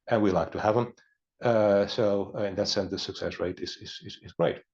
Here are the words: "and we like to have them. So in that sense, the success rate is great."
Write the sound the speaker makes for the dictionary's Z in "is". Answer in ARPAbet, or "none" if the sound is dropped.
Z